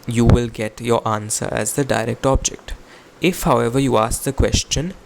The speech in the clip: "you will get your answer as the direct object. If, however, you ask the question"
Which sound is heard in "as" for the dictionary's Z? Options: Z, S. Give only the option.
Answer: Z